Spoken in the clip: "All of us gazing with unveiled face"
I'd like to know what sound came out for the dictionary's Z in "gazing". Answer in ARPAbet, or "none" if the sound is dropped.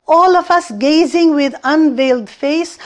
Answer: Z